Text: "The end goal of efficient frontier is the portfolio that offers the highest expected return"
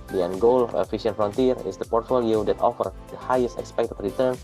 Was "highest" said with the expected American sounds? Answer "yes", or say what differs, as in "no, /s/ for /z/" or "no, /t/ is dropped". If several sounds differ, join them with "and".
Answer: yes